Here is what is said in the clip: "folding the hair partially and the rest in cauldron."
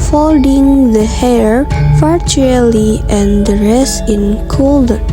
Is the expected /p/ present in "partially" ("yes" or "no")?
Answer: no